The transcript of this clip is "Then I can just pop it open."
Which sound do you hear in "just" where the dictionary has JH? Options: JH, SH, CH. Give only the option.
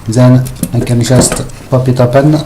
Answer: SH